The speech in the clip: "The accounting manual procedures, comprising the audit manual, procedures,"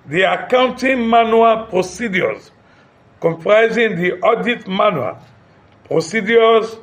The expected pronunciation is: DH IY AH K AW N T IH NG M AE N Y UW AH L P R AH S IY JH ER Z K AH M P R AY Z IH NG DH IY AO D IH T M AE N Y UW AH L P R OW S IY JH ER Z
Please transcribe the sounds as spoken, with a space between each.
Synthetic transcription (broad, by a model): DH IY AH K AW N T IH NG M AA N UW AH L P R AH S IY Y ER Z K AH M P R AY Z IH NG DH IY AO D IH T M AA N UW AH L P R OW S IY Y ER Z